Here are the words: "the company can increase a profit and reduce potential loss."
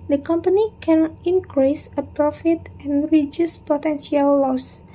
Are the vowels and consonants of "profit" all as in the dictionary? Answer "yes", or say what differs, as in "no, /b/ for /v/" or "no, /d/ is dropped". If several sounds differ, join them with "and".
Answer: yes